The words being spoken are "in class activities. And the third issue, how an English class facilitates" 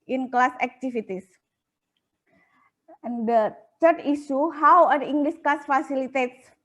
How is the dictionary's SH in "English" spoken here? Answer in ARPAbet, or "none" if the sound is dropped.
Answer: S